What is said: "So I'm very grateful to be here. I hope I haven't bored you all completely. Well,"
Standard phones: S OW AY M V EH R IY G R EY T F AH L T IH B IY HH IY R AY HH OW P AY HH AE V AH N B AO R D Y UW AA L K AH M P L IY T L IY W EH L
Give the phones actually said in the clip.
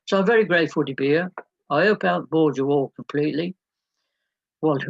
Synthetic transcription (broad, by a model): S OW AY M V EH R IY G R EY T F AH L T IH B IY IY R AY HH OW UH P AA AH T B AO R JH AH AA L K AH M P L IY T L IY W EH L